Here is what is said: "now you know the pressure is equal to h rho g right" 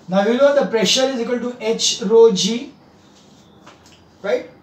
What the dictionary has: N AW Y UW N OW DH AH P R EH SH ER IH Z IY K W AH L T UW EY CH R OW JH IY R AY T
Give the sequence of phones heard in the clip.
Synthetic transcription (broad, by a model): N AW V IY L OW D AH P R EH SH ER IH Z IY K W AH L T UW EY CH R OW JH IY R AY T